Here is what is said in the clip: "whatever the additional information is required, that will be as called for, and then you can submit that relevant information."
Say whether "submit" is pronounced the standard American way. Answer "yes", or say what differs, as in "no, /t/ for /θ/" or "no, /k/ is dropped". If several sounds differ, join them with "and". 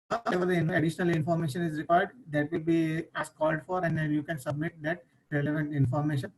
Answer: yes